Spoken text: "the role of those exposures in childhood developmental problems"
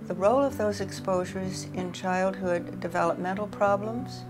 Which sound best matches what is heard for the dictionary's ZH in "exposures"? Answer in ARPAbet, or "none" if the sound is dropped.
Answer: ZH